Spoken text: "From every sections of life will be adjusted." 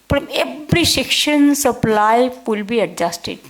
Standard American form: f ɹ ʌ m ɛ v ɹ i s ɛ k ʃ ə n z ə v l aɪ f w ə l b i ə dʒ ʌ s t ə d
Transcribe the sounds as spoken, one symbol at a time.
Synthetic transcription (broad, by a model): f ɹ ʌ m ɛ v ɹ i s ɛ k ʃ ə n s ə p l aɪ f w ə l b i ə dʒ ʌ s t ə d